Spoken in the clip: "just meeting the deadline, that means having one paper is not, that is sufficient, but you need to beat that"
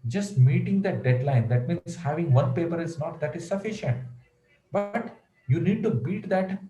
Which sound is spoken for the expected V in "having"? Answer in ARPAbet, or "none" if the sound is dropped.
V